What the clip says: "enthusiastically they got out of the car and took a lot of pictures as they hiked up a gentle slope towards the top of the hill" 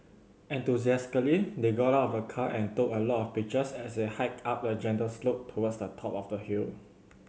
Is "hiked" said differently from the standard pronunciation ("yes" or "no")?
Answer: yes